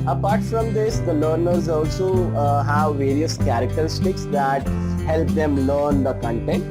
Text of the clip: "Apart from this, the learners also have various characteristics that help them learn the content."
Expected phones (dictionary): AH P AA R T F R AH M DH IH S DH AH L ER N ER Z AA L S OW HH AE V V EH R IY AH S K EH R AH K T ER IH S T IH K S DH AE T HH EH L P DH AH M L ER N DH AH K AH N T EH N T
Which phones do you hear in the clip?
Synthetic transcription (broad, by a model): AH P AA R T F R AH M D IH S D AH L ER N ER Z AA L S OW HH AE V V EH R IY AH S K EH R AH K T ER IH S T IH K S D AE T HH EH L P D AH M L ER N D AH K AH N T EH N T